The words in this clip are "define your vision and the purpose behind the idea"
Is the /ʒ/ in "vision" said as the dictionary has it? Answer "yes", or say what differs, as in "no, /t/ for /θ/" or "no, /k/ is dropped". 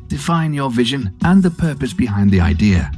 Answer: yes